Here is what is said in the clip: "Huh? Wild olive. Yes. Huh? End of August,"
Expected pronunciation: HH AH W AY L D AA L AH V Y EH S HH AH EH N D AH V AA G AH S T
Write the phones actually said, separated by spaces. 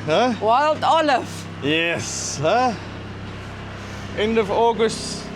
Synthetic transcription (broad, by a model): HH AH W AY L D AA L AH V Y EH S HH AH EH N D AH V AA G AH S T